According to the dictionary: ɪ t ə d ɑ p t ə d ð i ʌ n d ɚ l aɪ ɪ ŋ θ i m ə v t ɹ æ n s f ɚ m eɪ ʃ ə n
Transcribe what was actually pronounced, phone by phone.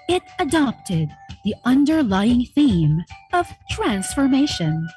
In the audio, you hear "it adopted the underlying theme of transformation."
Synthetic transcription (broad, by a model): ɪ t ə d ɑ p t ə d ð i ʌ n d ɚ l aɪ ɪ ŋ θ i m ə v t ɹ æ n s f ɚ m eɪ ʃ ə n